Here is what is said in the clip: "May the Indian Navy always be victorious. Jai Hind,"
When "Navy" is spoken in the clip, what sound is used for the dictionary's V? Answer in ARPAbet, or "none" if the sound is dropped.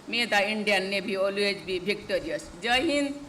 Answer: B